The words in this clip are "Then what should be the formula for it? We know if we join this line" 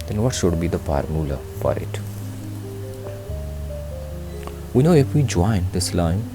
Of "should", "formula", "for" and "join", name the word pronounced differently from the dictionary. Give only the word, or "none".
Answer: formula